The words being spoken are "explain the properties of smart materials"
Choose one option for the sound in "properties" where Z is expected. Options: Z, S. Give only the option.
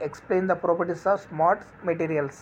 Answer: S